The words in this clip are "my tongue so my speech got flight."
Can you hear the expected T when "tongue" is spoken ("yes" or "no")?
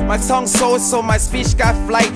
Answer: no